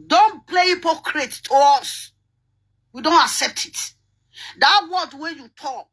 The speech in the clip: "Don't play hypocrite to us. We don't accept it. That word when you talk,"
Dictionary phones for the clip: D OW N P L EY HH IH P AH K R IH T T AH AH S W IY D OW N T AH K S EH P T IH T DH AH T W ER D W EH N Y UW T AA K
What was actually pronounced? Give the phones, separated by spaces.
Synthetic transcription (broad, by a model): D OW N P L EY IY P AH K R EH T T AH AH S W IY D OW N T AH K S EH P T IH T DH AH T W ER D W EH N Y UW T AA K